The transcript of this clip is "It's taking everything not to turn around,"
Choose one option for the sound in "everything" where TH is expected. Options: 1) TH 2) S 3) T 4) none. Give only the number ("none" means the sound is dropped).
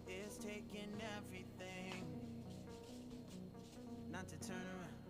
1